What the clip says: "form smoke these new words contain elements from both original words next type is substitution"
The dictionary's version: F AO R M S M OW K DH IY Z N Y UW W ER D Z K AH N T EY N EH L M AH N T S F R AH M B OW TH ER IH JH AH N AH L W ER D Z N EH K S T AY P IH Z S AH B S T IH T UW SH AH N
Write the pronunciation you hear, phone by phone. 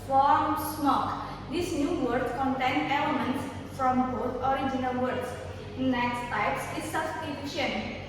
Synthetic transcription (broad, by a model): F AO R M S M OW K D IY S N Y UW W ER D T K AH N T EY N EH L AH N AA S F R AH M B OW T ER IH JH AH N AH L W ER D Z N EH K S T AY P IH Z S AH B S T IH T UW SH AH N